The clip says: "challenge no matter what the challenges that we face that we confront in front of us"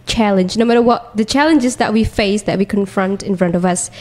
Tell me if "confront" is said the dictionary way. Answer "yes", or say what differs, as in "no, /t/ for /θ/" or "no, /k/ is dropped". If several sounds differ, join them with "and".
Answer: yes